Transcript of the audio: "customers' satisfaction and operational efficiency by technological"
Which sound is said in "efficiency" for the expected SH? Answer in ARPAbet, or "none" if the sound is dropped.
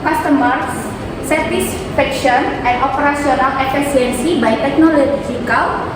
S